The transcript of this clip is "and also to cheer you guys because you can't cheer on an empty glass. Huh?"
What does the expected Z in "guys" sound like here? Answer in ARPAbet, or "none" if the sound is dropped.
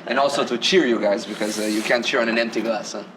Z